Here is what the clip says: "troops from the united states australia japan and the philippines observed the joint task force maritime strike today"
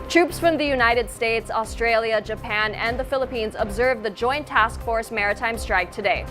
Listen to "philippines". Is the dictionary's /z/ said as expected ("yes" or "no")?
yes